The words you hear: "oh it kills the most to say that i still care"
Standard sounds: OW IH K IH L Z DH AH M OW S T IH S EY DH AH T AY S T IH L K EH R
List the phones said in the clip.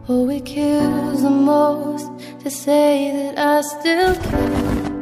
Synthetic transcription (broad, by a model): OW IH K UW Z DH AH M OW S T IH S EY DH AH T AY S T IH L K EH